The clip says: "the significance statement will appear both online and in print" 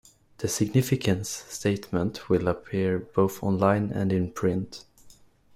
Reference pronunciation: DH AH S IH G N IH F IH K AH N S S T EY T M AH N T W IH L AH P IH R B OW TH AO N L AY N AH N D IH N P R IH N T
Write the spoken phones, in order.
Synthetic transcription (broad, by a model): DH AH S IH G N IH F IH K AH N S S T EY T M AH N T W IH L AH P IH R B OW TH AO N L AY N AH N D IH N P R IH N T